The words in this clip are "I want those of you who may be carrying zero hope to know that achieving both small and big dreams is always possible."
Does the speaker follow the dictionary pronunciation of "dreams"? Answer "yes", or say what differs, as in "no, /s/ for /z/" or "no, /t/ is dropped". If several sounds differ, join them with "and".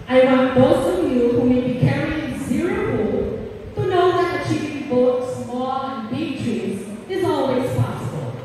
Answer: no, /m/ is dropped